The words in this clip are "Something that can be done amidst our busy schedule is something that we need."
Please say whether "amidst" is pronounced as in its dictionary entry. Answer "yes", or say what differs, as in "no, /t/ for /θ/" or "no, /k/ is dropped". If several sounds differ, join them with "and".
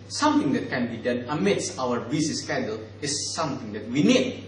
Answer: no, /t/ is dropped